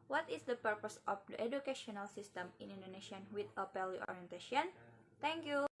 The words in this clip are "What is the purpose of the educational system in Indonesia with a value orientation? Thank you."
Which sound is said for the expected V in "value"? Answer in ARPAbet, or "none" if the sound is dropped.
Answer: P